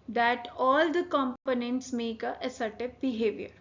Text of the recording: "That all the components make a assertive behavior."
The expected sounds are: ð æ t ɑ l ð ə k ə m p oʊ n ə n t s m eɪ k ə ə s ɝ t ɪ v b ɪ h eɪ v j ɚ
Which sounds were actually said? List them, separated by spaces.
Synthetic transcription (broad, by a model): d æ t ɑ l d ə k ə m p oʊ n ə n t s m eɪ k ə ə s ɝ t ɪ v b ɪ h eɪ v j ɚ